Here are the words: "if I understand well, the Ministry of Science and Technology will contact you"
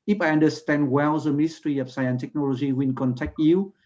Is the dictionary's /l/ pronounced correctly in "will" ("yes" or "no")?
no